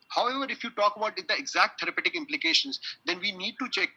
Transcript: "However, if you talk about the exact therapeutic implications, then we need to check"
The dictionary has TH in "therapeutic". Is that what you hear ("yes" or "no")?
no